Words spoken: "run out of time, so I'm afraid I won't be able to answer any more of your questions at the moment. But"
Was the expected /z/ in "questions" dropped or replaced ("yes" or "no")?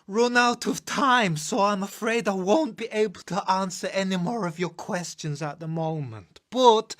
no